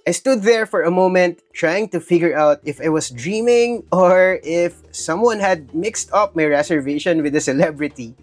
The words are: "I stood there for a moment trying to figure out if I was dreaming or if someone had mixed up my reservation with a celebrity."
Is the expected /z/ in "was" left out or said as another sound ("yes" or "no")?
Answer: yes